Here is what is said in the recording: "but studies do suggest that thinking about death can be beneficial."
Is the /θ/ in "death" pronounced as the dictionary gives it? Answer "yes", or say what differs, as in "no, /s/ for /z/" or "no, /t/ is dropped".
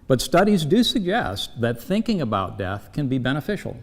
yes